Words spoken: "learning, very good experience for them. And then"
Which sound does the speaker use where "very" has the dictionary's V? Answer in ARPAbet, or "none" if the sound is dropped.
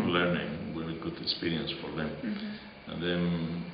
W